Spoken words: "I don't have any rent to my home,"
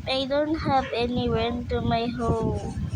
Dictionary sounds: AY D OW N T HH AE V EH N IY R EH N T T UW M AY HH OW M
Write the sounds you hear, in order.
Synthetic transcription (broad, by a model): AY D OW N T HH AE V EH N IY W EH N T T UW M AY HH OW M